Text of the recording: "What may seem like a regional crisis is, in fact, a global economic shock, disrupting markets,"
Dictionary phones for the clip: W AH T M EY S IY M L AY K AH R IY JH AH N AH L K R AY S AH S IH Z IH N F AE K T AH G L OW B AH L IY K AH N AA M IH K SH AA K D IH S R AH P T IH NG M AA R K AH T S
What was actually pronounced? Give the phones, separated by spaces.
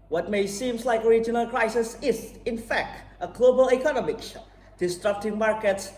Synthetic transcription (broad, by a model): W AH T M EY S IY M L AY K AH R IY JH AH N AH L K R AY S AH S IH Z IH N F AE K T AH G L OW B AH L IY K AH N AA M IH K K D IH S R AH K T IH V M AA R K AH T S